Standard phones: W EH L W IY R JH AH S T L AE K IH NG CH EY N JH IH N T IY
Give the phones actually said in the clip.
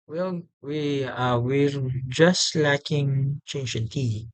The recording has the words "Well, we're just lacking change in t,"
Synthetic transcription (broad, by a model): W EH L W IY W JH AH S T L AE K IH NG CH EY N JH IH N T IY